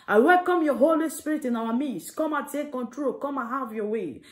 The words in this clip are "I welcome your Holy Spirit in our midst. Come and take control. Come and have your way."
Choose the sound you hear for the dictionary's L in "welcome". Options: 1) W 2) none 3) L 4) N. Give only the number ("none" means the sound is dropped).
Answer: 3